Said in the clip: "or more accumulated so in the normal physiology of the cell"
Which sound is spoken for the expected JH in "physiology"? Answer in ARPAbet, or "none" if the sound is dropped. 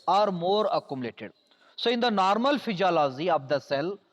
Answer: Z